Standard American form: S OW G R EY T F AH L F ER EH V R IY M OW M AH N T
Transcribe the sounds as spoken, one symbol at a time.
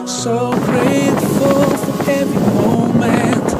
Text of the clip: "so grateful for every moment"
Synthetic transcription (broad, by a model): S OW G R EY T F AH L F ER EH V IY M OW M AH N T